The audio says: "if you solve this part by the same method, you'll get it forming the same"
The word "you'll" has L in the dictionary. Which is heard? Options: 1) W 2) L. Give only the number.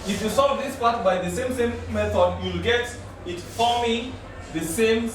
2